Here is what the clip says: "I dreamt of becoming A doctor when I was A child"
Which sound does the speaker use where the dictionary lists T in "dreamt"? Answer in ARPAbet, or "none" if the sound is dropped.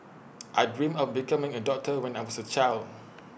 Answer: none